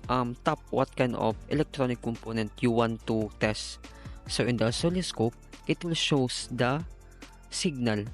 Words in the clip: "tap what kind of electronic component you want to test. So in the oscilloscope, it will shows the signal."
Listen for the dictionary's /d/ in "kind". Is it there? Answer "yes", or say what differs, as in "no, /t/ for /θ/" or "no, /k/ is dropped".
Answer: no, /d/ is dropped